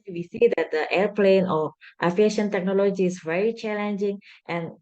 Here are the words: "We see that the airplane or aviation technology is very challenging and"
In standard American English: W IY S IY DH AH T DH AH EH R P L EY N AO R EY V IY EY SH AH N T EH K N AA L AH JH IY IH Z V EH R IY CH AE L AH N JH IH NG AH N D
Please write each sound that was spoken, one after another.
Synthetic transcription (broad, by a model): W IY S IY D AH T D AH EH R P L EY N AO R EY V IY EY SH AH N T EH K N AA L AH JH IY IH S V EH R IY CH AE L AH N JH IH NG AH N